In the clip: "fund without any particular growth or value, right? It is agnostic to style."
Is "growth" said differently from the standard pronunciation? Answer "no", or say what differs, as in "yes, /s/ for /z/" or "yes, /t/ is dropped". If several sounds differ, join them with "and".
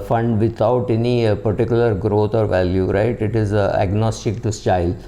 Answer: yes, /t/ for /θ/